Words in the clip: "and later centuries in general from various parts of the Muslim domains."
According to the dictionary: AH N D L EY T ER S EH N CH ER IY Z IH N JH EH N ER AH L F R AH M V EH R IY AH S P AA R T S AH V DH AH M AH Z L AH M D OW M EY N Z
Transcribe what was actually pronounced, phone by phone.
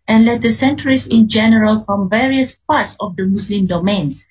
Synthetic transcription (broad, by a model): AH N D L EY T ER S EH N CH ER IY S IH N JH EH N ER AH L F R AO M V EH R IY AH S P AA T S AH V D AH M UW S L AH M D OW M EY N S